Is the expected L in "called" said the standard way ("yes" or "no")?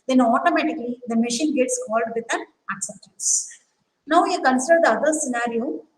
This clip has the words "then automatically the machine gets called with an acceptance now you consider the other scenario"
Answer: yes